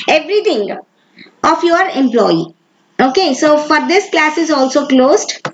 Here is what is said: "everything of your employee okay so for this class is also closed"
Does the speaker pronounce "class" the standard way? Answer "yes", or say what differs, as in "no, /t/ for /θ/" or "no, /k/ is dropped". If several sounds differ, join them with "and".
yes